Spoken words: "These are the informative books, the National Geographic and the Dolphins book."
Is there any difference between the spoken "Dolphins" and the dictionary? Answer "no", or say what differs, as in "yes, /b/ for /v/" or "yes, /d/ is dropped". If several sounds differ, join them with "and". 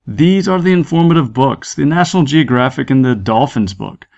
no